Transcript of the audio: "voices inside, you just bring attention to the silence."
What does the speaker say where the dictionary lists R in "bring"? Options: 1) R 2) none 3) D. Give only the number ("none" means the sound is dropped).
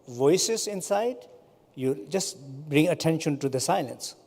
1